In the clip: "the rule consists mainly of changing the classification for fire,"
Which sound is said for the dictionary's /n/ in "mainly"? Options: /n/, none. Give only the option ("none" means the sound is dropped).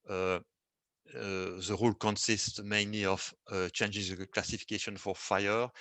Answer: /n/